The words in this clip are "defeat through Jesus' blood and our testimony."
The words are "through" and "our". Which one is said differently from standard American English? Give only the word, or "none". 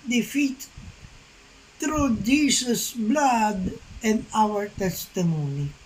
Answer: through